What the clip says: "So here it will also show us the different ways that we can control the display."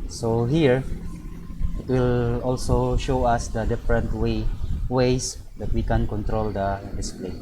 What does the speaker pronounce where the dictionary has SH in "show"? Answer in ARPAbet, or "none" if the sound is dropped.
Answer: SH